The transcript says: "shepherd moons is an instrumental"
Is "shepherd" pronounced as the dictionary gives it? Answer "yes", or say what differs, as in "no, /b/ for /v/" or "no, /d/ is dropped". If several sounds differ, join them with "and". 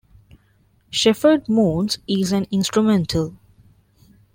no, /f/ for /p/